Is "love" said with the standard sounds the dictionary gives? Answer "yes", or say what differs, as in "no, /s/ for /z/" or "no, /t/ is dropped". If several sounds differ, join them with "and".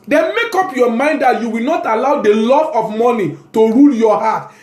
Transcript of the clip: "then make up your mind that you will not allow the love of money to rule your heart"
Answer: no, /v/ is dropped